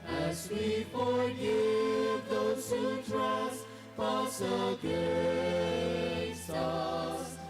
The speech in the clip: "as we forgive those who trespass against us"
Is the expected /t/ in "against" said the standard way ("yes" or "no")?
no